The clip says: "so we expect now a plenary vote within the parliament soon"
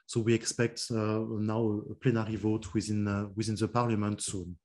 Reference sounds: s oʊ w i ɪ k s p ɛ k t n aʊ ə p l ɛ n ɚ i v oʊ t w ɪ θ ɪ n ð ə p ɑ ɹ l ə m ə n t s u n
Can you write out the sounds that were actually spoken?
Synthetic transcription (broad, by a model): s oʊ w i ɪ k s p ɛ k t n aʊ ə p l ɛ n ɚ i v oʊ t w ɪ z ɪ n ð ə p ɑ ɹ l ə m ə n t s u n